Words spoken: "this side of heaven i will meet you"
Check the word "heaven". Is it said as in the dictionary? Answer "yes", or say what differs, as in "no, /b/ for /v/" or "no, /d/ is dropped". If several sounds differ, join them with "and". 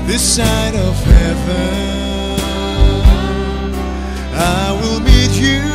no, /n/ is dropped